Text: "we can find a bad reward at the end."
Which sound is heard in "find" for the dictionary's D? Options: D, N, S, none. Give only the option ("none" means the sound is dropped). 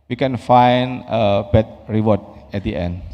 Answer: none